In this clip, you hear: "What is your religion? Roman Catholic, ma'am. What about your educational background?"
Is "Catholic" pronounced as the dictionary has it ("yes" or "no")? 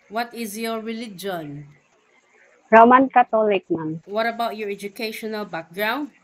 no